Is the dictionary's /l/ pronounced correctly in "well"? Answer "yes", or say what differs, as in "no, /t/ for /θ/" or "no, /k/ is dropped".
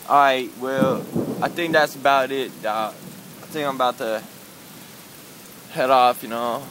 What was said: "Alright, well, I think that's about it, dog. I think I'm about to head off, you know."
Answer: yes